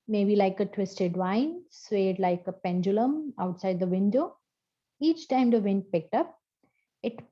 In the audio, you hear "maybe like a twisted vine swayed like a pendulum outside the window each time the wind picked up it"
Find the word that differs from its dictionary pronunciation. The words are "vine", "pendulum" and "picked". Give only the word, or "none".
none